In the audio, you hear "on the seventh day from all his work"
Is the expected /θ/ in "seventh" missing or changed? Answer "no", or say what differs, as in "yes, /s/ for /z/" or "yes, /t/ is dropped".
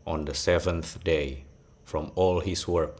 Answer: no